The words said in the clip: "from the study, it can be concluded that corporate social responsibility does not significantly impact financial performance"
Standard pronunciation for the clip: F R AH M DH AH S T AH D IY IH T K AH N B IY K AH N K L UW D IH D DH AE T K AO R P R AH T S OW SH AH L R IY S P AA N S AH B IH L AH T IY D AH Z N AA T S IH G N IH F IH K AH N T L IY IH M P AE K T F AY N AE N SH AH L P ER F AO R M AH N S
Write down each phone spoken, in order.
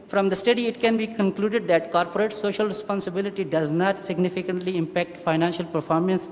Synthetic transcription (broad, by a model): F R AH M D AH S T AH D IY IH T K AH N B IY K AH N K L UW D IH D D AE T K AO R P R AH T S OW SH AH L R IY S P AA N S AH B IH L AH T IY D AH Z N AA T S IH G N IH F IH K AH N T L IY IH M P AE K T F AY N AE N SH AH L P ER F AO R M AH N S